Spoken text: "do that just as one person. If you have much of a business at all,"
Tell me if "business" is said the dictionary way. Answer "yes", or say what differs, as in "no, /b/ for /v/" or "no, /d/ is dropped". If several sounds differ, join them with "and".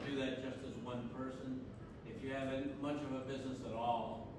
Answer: yes